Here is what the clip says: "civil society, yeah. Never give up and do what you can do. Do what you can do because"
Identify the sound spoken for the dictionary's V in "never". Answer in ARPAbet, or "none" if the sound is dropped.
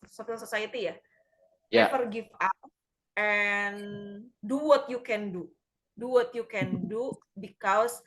F